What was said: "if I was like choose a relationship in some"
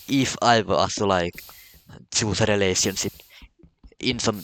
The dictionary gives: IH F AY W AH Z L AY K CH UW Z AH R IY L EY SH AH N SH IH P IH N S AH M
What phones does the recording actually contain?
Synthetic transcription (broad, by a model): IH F AY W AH S L AY K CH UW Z AH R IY L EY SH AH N S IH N IH N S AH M